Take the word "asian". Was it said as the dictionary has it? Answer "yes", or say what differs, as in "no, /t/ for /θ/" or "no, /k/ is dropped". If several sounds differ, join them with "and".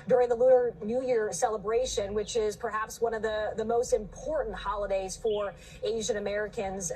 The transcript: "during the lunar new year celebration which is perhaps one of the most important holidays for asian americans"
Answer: yes